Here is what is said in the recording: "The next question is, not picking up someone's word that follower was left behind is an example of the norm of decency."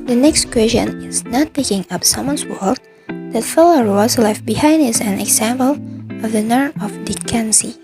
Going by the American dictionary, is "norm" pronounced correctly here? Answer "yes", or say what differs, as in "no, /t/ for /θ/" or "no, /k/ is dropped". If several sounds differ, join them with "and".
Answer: no, /m/ is dropped